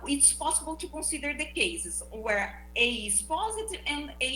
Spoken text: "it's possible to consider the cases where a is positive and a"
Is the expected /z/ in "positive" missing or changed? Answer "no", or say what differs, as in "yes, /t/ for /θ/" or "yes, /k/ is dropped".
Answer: no